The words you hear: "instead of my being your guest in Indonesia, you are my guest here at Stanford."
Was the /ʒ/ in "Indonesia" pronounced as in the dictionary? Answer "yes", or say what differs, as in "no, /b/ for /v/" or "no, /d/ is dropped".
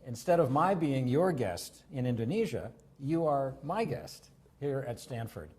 yes